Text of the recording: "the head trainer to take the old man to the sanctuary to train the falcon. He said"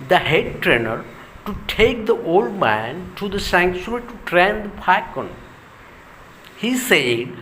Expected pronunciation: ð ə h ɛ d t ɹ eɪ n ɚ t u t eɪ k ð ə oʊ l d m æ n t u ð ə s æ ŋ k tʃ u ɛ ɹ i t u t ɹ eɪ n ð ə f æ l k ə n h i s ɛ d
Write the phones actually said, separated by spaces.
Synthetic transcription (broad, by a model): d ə h ɛ d t ɹ eɪ n ɚ t u t eɪ k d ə oʊ l d m æ n t u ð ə s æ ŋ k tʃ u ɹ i t u t ɹ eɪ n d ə p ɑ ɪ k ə n h i s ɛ d